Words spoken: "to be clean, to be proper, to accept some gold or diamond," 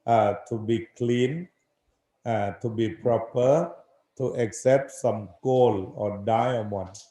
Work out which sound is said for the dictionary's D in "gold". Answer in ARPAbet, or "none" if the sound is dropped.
none